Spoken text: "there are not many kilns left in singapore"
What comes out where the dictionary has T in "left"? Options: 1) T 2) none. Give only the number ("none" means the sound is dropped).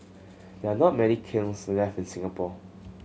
2